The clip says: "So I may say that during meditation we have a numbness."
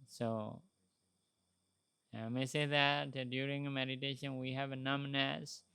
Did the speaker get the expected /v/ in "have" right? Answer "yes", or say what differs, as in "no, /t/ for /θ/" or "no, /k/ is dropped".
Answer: yes